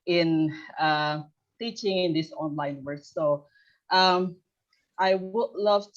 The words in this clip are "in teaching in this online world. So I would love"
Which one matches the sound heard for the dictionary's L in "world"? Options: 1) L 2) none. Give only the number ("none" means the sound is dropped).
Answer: 2